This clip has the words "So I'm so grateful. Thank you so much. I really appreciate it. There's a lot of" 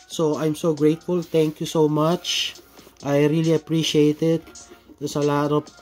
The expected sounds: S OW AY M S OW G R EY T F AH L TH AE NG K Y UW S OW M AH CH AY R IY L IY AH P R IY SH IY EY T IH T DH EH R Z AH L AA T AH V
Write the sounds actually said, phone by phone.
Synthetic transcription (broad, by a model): S OW AY M S OW G R EY T F AH L T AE NG K Y UW S OW M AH CH AY R IY L IY AH P R IY SH IY EY T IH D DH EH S AH L AA T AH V